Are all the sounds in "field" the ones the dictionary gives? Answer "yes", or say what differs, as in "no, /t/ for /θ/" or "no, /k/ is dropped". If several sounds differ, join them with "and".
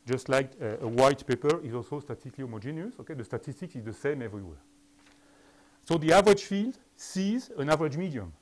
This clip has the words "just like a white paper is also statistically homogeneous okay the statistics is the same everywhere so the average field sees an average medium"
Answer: yes